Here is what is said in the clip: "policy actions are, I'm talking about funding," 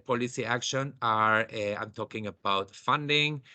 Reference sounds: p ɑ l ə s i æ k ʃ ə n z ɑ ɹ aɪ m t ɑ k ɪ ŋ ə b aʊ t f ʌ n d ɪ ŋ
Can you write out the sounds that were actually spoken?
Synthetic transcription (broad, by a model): p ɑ l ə s i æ k ʃ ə n ɑ ɹ aɪ m t ɑ k ɪ ŋ ə b aʊ t f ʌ n d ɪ ŋ